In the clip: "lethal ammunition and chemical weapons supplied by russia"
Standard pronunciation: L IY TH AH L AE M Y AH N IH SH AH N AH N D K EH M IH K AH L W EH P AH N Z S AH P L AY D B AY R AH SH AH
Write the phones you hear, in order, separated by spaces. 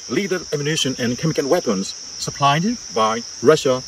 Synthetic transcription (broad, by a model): L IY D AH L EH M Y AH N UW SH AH N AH N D K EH M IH K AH N W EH P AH N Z S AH P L AY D B AY R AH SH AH